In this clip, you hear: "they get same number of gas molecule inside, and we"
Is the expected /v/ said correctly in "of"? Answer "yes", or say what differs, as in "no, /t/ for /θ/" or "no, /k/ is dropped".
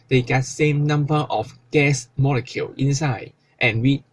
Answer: no, /f/ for /v/